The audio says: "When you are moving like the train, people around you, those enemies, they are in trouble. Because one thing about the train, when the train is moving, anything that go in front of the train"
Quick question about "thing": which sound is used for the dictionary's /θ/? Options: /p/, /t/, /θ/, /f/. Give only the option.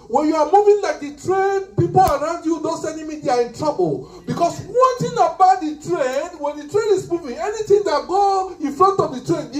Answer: /t/